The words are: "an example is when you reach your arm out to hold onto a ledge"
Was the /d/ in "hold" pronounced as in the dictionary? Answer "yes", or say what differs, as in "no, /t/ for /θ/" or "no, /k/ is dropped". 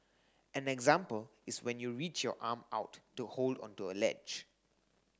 yes